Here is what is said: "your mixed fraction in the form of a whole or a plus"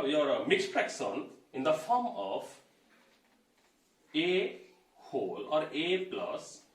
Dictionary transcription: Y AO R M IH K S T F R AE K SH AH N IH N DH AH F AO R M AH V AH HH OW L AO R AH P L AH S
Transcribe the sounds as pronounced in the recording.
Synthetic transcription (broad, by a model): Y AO R M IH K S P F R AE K S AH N IH N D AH F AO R M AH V AH HH OW L AO R AH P L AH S